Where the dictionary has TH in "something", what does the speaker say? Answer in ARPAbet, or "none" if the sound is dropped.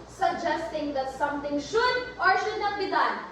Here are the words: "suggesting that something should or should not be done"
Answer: T